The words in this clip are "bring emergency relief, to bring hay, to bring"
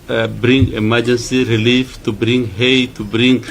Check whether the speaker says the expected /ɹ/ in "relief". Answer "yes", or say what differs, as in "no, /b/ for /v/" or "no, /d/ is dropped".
yes